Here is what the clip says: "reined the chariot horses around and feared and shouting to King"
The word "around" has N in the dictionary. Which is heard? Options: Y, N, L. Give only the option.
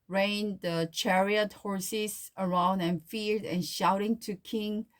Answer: N